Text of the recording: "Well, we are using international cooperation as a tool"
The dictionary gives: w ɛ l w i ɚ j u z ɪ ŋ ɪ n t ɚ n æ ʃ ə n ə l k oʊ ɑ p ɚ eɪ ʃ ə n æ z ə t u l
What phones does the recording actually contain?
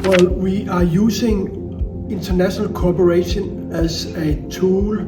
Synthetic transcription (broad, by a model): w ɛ l w i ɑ j u s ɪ ŋ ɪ n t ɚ n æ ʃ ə n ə l k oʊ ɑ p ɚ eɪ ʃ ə n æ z ə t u l